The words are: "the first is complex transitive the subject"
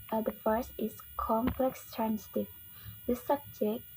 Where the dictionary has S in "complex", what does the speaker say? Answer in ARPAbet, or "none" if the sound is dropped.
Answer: S